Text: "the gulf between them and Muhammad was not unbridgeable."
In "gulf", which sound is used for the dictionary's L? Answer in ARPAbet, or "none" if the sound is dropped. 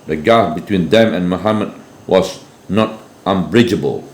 none